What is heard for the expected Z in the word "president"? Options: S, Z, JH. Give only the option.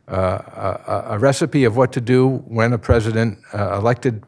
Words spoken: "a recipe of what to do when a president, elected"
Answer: Z